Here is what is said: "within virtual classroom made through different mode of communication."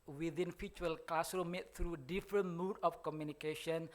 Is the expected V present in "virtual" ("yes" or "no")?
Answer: no